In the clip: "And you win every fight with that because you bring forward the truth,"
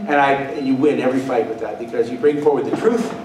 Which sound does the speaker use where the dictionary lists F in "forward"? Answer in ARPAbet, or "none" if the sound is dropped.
F